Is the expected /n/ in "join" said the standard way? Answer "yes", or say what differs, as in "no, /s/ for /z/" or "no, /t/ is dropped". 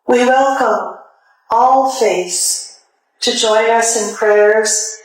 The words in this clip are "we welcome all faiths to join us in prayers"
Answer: yes